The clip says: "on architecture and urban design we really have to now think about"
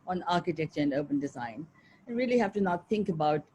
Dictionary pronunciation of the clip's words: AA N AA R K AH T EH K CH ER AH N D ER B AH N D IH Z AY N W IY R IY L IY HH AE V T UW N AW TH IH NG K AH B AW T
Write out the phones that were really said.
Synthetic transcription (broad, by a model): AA N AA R K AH T EH K CH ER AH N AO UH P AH N D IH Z AY N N R IY L IY HH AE F T UW N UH TH IH NG K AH B AW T